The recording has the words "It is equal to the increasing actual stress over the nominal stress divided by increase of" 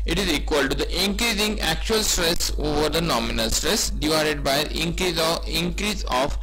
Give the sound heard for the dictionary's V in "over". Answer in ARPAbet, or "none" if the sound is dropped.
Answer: V